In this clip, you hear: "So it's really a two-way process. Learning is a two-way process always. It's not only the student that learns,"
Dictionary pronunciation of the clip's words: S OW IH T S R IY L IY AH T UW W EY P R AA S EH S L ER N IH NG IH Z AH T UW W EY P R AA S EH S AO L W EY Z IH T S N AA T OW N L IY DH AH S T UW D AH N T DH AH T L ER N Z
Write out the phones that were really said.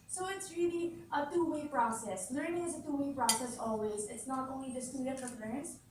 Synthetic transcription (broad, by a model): S OW IH T S R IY L IY AH T UW W EY P R AA S EH S L ER N IH NG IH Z AH T UW W EY P R AA S EH S AO L W EY Z IH T S N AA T OW N L IY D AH S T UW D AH T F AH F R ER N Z